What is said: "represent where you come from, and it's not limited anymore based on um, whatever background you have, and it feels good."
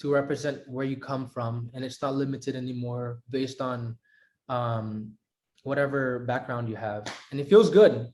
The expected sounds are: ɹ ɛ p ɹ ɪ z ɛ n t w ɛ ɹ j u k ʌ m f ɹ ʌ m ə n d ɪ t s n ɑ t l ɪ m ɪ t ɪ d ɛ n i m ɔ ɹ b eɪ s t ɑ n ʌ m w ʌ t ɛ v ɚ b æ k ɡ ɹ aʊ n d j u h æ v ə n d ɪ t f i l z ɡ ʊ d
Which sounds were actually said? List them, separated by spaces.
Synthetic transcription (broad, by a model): ɹ ɛ p ɹ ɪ z ɛ n t w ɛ ɹ j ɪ k ʌ m f ɹ ʌ m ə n ɪ t s n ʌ t l ɪ m ɪ t ɪ d ɛ n i m ɔ ɹ b eɪ s t n ʌ m w ʌ t ɛ v ɚ b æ k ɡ ɹ aʊ n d j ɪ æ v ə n ɪ t f i l z ɡ ʊ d